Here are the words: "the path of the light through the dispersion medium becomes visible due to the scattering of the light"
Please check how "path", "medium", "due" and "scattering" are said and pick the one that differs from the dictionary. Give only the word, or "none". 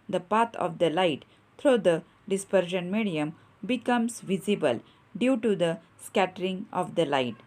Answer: path